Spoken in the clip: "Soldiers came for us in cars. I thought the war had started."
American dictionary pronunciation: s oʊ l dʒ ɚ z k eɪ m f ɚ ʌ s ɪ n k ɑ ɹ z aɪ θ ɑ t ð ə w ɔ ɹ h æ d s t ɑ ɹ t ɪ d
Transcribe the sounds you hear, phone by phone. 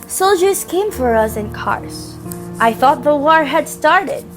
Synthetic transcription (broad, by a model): s oʊ l dʒ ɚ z k eɪ m f ɚ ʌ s ɪ n k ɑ ɹ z aɪ θ ɑ t ð ə w ɔ ɹ h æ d s t ɑ ɹ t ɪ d